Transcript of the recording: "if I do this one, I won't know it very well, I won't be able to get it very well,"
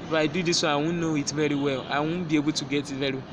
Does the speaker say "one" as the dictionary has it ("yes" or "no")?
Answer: no